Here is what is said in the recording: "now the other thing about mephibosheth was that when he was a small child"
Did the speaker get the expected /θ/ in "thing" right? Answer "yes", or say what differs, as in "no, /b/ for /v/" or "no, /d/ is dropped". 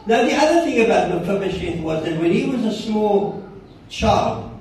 yes